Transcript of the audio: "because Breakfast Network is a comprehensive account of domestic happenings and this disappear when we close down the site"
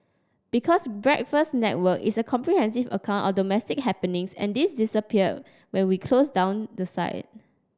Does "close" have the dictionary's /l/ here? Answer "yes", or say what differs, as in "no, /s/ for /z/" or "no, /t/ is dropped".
yes